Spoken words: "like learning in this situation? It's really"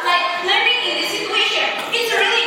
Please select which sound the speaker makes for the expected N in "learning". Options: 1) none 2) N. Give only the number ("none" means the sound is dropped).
1